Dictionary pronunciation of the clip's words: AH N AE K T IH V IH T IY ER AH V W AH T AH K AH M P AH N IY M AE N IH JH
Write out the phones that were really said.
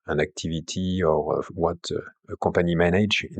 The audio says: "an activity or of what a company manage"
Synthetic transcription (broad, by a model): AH N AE K T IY V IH T IY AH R W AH T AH K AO P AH N IY M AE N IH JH